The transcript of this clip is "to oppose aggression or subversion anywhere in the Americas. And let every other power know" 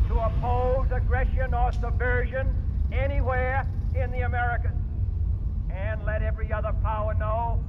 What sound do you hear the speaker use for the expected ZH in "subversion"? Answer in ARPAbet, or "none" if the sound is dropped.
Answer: ZH